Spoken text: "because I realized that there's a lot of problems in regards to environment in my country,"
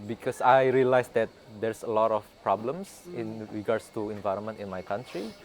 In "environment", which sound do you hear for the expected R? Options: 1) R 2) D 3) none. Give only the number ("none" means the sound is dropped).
1